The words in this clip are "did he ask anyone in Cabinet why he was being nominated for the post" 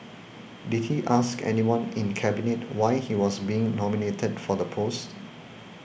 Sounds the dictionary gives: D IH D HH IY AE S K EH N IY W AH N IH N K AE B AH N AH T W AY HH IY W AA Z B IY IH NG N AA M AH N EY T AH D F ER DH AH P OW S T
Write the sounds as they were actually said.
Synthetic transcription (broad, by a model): D IH D HH IY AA S K EH N IY W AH N IH N K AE B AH N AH T W AY HH IY W AA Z B IY IH NG N AA M AH N EY T AH D F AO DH AH P OW S T